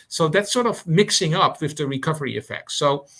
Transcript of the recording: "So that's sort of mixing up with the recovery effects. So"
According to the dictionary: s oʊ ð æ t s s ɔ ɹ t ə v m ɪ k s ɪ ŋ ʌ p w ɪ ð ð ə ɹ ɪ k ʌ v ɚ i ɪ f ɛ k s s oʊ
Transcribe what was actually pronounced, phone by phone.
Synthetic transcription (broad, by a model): s oʊ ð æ t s s ɔ ɹ t ə v m ɪ k s ɪ ŋ ʌ p w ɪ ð ð ə ɹ ɪ k ʌ v ɚ i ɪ f ɛ k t s oʊ